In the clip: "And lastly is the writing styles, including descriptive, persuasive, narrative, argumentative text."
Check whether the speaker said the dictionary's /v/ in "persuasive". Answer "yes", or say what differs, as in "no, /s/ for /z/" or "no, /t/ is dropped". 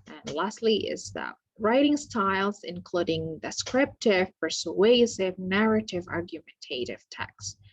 yes